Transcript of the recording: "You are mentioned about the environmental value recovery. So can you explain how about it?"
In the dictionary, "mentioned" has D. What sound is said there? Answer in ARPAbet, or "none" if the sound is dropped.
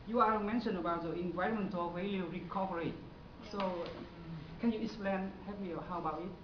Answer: none